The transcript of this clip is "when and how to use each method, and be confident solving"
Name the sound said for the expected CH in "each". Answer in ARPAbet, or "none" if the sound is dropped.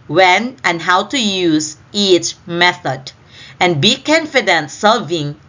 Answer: CH